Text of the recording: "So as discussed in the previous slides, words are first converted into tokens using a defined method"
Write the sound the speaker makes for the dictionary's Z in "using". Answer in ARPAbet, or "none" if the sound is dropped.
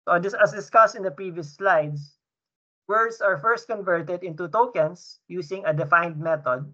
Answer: S